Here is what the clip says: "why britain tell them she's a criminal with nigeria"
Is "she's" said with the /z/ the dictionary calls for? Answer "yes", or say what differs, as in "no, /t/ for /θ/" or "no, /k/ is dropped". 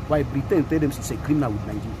no, /s/ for /z/